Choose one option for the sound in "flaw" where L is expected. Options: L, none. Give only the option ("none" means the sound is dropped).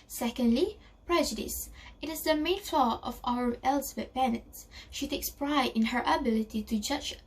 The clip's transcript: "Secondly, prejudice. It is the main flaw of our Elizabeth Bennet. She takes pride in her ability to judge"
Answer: L